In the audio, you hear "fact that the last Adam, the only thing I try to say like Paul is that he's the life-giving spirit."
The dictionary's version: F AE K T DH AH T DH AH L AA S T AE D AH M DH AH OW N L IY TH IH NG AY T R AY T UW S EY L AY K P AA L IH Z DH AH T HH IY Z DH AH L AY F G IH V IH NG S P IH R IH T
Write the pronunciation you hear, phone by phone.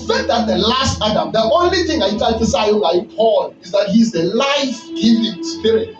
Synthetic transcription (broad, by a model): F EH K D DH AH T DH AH L AA S T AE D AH M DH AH OW N L IY TH IH NG AY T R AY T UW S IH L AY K P AA L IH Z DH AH T HH IY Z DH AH L AY F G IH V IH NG S P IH R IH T